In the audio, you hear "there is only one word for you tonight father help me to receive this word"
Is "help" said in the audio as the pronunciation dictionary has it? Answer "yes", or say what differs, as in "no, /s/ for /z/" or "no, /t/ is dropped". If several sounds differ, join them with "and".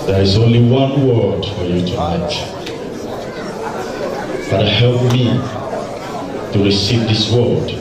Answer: yes